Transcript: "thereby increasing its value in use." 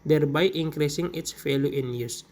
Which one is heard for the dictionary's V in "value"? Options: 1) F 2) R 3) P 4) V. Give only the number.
1